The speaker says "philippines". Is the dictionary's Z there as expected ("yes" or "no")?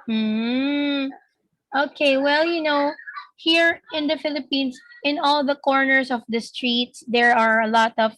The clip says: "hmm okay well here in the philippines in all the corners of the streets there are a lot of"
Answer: no